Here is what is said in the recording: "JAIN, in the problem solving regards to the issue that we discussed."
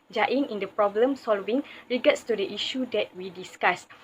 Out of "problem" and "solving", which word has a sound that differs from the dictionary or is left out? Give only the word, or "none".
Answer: none